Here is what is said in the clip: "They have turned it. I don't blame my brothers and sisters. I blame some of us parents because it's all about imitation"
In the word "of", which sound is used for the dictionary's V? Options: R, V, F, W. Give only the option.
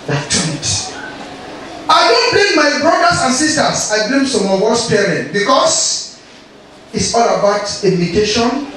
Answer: W